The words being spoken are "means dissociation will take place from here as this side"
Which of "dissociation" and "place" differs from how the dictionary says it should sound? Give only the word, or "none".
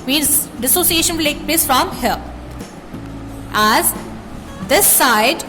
none